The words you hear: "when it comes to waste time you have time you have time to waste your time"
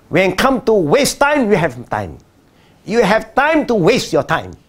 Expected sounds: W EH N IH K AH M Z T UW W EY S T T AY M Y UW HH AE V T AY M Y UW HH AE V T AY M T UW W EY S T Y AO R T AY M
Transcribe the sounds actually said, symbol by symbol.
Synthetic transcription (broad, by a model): W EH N K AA M T UW W EY S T T AY M Y UW HH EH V T AY M Y UW HH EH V T AY M T UW W EY S T Y AO T AY M